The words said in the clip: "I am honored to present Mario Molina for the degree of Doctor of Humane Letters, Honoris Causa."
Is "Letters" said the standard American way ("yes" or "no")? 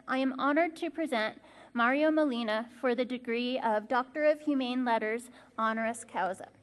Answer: yes